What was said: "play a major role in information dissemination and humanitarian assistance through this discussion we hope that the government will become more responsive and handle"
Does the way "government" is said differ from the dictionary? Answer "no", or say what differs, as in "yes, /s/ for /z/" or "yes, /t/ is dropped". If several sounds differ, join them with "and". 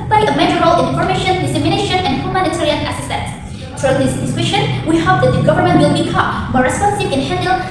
no